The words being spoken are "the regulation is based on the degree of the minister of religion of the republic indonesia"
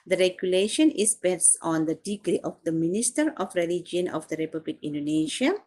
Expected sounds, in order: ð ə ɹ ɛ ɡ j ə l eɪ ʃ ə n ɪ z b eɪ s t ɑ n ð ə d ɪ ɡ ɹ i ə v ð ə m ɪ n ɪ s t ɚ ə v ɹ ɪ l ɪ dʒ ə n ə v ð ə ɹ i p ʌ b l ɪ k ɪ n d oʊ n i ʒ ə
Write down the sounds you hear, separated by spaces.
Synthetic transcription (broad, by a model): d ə ɹ ɛ ɡ j ə l eɪ ʃ ə n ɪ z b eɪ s ɑ n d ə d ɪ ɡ ɹ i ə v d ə m ɪ n ɪ s t ɚ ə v ɹ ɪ l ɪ dʒ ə n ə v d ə ɹ i p ʌ b l ɪ k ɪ n d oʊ n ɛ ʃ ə